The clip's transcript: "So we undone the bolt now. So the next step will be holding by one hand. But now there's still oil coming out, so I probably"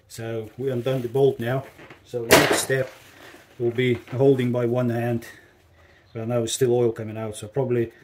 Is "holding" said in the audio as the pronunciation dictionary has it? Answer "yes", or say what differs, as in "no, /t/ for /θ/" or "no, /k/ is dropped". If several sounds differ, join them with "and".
yes